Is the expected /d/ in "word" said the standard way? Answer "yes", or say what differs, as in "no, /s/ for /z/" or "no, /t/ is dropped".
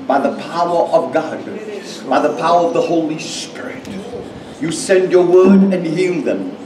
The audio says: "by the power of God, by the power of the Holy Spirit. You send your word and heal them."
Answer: yes